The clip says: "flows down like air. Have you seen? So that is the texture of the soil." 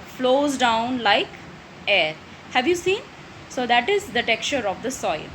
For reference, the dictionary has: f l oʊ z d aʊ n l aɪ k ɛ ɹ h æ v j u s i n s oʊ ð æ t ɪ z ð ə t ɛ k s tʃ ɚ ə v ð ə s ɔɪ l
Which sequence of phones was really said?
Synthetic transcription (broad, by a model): f l oʊ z d aʊ n l aɪ k ɛ ɹ h æ v j u s i n s oʊ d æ t ɪ z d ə t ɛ k tʃ ɚ ə v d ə s ɔɪ l